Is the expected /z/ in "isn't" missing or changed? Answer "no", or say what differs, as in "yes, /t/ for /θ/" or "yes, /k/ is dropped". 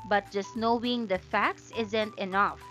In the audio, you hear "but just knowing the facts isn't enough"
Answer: no